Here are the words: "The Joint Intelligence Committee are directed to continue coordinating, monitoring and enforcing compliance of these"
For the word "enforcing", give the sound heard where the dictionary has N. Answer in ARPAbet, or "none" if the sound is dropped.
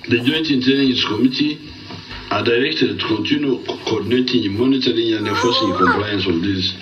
none